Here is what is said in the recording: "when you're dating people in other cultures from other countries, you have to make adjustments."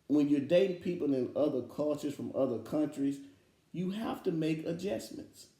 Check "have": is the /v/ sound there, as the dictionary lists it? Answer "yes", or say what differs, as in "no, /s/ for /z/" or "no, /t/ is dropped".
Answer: no, /f/ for /v/